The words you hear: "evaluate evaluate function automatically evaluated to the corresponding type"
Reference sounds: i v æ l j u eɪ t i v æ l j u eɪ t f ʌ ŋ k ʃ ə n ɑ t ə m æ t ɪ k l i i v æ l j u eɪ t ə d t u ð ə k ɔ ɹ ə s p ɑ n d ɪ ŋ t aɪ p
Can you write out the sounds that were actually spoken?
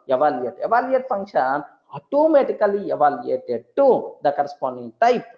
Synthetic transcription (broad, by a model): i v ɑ l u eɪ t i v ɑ l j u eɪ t f ʌ ŋ k ʃ ə n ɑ t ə m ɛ t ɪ k l i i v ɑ l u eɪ t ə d t u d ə k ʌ ɹ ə s p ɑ n d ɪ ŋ t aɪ p